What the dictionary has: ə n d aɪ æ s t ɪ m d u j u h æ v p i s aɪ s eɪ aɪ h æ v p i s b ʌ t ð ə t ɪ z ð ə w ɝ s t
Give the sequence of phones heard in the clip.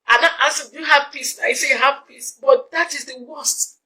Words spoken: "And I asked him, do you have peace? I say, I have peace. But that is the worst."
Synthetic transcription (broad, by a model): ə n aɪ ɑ t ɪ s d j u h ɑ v p i s aɪ s eɪ h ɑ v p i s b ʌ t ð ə t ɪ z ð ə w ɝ s t